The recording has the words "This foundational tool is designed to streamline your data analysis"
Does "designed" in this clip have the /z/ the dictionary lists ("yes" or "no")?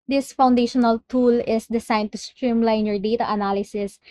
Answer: no